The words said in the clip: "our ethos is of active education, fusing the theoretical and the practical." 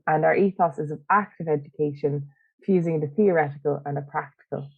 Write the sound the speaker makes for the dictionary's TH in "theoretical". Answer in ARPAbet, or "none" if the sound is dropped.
TH